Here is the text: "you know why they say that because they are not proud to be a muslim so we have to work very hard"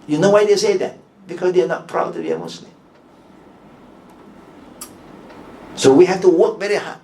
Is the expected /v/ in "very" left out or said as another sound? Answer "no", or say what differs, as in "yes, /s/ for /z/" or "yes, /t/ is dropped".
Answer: no